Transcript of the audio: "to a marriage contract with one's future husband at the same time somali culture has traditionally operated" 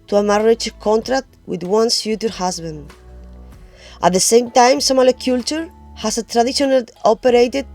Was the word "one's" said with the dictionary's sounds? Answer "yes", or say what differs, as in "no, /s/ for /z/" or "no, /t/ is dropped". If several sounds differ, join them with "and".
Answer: no, /s/ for /z/